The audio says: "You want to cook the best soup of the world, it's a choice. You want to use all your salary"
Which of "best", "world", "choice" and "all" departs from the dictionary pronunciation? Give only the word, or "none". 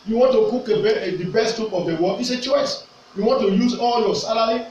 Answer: world